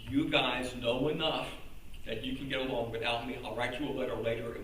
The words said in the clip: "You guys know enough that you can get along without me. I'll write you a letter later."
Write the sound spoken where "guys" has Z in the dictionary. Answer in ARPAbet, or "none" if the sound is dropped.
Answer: Z